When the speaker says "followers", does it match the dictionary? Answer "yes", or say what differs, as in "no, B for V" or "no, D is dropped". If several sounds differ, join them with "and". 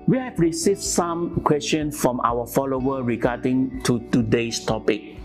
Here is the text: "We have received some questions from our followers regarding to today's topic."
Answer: no, Z is dropped